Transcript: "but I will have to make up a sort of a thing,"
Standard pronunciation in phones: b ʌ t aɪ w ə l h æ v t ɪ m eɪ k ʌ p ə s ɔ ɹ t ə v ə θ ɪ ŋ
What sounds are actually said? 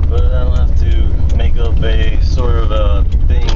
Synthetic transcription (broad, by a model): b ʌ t aɪ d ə n h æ f t ɪ m eɪ k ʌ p ə s ɔ ɹ t ə v ə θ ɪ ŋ